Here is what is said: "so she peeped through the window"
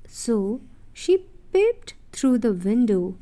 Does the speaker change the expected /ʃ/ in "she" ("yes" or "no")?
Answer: no